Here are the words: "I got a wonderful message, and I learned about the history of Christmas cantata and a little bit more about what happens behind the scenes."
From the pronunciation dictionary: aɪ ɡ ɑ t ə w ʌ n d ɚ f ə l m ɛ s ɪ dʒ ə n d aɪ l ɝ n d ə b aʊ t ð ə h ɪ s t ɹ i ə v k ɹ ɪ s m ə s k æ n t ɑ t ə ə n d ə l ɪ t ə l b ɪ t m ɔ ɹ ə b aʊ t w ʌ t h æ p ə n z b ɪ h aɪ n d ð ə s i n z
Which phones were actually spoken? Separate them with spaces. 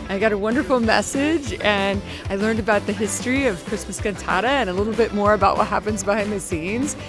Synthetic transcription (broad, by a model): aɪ ɡ ɑ t ə w ʌ n d ɚ f l m ɛ s ɪ dʒ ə n aɪ l ɝ n d ə b aʊ t ð ə h ɪ s t ɹ i ə v k ɹ ɪ s m ə s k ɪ n t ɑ t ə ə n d ə l ɪ t l b ɪ t m ɔ ɹ ə b aʊ t w ʌ t h æ p ə n z b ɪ h aɪ n ð ə s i n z